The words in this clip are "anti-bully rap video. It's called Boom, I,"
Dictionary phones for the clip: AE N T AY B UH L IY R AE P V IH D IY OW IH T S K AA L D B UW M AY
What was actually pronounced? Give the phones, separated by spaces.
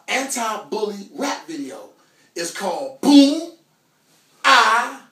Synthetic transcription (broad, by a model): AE N T AY B UH L IY R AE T V IH D IY OW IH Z K AA L D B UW AY